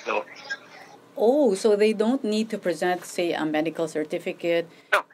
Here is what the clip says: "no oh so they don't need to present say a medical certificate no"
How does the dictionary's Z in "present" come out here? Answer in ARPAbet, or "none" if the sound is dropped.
Z